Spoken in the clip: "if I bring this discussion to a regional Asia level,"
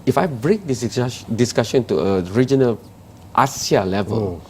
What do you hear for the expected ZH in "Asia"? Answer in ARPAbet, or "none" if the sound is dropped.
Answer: S